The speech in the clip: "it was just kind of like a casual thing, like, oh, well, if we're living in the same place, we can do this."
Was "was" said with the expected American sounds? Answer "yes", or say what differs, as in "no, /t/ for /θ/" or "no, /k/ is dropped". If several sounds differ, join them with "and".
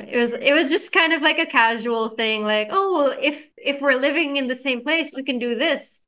yes